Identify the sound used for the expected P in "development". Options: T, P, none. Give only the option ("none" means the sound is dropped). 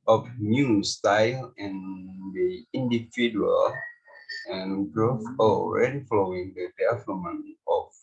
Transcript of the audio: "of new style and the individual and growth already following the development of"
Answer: none